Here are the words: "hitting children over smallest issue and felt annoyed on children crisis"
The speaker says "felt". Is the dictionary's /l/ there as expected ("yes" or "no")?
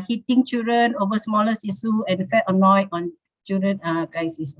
no